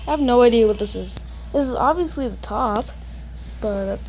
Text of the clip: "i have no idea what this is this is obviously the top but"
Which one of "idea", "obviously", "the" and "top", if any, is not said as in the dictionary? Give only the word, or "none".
none